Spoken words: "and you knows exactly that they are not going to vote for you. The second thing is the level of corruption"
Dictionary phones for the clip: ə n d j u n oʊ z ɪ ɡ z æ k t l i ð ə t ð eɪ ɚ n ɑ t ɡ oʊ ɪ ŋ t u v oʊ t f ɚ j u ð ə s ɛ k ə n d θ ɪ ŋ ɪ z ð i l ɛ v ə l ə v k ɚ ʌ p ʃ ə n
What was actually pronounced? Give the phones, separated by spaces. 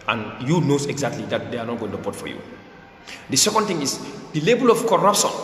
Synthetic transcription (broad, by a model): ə n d j u n oʊ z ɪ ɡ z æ k t l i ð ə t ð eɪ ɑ n ɑ t ɡ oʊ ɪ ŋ t u b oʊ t f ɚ j u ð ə s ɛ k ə n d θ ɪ ŋ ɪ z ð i l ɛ b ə l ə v k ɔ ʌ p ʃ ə n